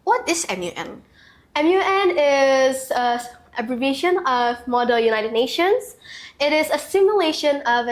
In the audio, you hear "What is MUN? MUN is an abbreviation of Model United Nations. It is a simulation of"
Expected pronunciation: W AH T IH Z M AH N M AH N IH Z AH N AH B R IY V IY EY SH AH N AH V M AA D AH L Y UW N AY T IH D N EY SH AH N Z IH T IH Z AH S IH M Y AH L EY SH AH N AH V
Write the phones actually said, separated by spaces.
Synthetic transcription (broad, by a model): W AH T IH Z M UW N M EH N IH Z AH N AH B R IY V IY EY SH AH N AH V M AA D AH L Y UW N AY T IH D N EY SH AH N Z IH T IH Z AH S IH M Y AH L EY SH AH N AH V